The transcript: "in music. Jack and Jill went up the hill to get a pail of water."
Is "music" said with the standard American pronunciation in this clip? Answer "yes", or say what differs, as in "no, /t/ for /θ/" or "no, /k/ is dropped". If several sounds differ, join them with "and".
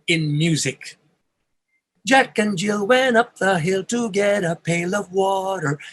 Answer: yes